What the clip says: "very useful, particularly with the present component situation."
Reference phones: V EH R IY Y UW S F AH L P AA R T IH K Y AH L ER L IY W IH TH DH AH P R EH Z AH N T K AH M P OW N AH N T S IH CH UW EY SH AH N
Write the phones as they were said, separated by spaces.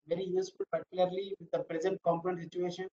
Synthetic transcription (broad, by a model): V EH R IY Y UW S F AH L P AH R T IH K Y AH L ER L IY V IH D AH P R EH Z AH N T K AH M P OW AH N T S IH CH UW EY SH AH N